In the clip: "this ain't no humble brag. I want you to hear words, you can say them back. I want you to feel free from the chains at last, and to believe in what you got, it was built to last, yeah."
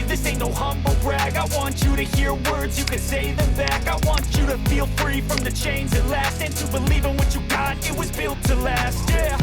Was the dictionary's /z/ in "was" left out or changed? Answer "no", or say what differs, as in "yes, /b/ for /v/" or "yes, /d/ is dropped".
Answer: no